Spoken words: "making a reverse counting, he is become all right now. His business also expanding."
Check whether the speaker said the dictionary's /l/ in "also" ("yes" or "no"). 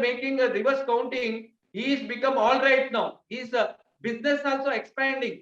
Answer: yes